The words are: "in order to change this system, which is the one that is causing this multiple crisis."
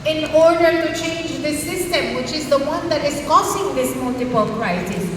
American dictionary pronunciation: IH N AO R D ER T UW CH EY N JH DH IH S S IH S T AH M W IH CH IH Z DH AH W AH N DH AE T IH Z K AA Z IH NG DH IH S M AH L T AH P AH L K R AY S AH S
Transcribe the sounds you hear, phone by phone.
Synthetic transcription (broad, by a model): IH N AO R D ER T UW CH EY N JH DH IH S S IH S T AH M W IH CH IH Z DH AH W AH N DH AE T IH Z K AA S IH NG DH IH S M AH L T AH P AH L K R AY S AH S